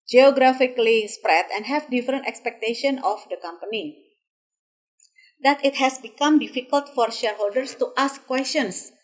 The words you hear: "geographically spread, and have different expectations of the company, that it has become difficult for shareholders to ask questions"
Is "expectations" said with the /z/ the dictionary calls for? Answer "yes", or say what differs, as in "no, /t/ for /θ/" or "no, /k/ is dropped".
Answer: no, /z/ is dropped